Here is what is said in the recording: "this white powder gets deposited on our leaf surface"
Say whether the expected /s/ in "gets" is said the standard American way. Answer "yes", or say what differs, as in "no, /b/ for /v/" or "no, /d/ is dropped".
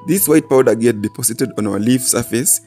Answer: no, /s/ is dropped